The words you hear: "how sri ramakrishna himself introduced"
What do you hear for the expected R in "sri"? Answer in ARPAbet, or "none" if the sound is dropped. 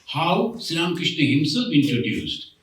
none